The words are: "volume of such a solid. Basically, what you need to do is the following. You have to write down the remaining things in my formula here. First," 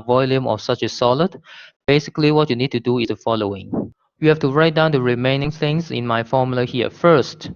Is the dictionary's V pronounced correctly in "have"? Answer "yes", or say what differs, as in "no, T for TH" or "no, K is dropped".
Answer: no, F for V